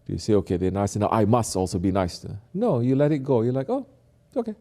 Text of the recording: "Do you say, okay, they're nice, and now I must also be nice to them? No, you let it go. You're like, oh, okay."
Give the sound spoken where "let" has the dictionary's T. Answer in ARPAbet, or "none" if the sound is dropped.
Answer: T